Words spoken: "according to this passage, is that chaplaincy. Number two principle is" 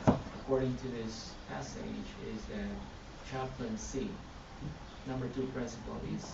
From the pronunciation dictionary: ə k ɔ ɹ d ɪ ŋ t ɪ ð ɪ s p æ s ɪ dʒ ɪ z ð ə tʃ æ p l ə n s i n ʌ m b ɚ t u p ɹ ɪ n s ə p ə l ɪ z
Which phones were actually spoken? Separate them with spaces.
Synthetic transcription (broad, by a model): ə k ɔ ɹ d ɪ ŋ t ɪ ð ɪ s p æ s ɪ dʒ ɪ z ð ə tʃ æ p l ə n s i n ʌ m b ɚ t u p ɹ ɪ n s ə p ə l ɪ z